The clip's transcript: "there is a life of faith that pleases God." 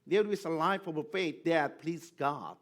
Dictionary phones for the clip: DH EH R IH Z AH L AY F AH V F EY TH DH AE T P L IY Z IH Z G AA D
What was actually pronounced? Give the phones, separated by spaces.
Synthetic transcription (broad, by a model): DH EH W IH S AH L AY F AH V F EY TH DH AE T P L IY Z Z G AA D